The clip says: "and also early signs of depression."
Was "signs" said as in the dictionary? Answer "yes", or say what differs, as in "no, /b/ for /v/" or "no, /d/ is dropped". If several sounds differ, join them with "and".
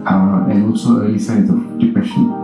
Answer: no, /n/ is dropped